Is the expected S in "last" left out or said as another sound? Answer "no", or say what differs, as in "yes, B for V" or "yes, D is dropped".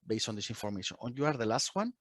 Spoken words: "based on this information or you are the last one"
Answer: no